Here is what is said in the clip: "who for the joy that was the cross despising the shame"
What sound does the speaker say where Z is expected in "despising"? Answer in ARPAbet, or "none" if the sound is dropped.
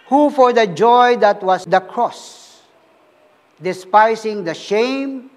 S